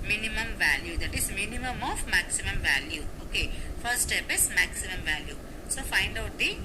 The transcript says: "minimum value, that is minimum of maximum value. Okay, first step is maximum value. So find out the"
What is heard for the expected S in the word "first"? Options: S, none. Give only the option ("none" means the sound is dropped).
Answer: none